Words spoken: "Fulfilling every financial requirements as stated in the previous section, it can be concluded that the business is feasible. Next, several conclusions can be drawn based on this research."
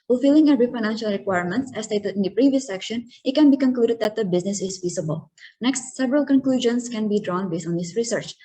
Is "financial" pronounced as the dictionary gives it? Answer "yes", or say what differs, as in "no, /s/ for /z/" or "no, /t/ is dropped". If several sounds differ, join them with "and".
yes